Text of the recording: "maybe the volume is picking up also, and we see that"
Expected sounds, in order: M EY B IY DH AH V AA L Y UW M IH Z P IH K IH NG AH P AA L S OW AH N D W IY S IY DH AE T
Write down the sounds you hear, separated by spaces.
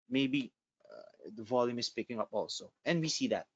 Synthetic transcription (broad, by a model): M EY B IY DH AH V AA L Y UW M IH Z P IH K IH NG AH P AA L S OW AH N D W IY S IY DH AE T